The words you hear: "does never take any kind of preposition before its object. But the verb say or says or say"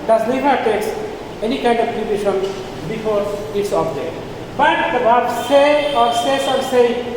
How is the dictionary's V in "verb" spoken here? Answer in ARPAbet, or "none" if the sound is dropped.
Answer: B